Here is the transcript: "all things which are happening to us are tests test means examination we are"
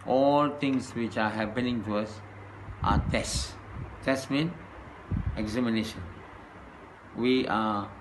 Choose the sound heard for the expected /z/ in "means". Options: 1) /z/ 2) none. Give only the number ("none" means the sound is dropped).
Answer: 2